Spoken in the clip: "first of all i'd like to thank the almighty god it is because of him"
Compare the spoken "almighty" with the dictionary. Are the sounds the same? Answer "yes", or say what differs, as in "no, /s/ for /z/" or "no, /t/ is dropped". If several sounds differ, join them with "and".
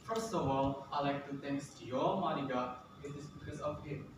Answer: no, /l/ is dropped